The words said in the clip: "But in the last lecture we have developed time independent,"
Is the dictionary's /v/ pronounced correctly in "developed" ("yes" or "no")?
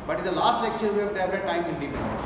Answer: no